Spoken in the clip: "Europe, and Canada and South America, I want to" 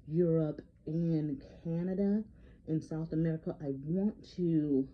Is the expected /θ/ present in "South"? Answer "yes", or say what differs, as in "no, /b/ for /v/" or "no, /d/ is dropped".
yes